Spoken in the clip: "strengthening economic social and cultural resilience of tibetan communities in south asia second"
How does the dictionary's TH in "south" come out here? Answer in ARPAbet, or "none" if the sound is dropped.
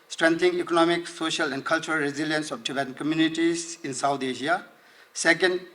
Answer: T